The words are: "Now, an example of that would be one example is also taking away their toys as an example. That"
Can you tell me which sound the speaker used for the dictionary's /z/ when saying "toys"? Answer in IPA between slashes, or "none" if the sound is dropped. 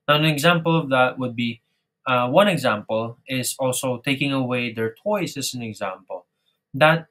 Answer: /s/